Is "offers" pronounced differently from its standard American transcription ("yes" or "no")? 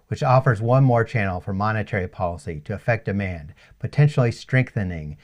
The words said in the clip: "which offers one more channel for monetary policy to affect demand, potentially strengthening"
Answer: no